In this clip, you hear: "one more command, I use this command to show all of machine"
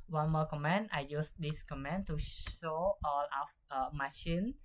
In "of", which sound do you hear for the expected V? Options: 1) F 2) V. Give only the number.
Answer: 1